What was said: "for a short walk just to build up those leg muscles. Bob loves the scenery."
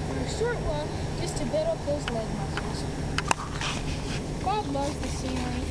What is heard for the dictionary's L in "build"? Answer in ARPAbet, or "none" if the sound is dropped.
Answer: none